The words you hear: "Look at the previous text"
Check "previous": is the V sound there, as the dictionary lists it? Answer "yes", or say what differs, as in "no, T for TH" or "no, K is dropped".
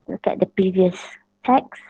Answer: yes